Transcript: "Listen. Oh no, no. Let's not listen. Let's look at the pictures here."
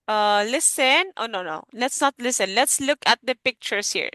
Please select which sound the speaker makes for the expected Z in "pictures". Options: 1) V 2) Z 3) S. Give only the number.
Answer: 3